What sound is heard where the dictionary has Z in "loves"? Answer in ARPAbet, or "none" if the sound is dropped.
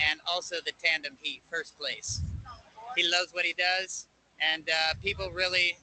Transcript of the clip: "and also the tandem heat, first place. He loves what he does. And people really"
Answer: Z